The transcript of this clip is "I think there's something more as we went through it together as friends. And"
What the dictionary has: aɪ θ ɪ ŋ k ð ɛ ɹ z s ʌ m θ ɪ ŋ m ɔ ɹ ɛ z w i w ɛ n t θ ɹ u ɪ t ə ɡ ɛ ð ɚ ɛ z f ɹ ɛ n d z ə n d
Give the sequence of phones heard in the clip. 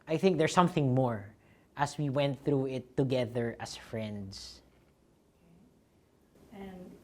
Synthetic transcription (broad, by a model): aɪ θ ɪ ŋ k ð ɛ ɹ s ʌ m θ ɪ ŋ m ɔ ɹ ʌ s w i w ɛ n t θ ɹ u ɪ t ə ɡ ɛ ð ɚ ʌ s f ɹ ɛ n d s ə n